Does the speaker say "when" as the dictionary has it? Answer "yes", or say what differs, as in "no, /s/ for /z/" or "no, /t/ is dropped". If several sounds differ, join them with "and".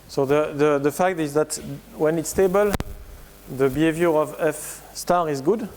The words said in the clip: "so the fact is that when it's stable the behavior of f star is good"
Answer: yes